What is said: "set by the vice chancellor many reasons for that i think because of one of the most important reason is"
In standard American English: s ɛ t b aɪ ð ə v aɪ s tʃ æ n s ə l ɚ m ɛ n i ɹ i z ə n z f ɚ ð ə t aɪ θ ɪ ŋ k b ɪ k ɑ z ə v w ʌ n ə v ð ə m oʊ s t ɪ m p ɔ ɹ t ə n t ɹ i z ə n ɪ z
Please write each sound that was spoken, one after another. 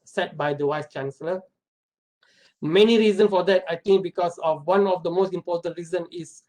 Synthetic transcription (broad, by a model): s ɛ t b aɪ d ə w aɪ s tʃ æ n s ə l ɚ m ɛ n i ɹ i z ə n s f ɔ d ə t aɪ t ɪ ŋ k b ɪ k ɑ s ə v w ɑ n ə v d ə m oʊ s t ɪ m p ɔ t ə n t ɹ i z ə n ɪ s